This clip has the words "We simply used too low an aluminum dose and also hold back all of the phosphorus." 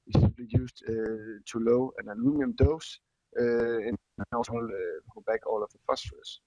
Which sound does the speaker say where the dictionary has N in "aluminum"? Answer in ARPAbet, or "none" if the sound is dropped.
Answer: none